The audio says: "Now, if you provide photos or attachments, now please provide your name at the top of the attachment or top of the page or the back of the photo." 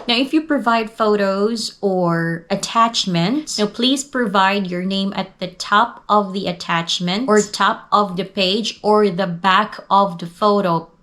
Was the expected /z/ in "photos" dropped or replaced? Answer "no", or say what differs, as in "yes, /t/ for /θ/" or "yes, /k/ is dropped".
no